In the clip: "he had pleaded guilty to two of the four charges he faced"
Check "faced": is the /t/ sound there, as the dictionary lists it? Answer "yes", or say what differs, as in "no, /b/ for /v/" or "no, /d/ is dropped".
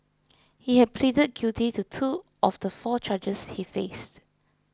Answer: yes